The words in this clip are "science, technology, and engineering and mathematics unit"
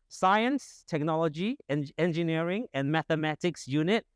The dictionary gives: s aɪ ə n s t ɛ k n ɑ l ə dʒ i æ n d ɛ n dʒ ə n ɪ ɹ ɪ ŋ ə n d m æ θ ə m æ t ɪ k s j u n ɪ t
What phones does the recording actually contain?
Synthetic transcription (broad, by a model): s aɪ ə n s t ɛ k n ɑ l ə dʒ i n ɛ n dʒ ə n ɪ ɹ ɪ ŋ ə n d m æ θ ə m æ t ɪ k s j u n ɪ t